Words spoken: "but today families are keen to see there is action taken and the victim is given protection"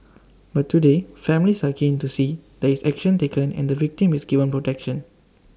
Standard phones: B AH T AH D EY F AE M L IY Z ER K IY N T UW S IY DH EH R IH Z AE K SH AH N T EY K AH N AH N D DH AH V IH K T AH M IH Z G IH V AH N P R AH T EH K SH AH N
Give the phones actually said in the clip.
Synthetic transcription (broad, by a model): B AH T AH D EY F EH M L IY S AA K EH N T UW S IY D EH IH S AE K SH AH N T EY K AH N AH N D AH V IH K T AH M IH S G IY V AH N P R AH T EH K SH AH N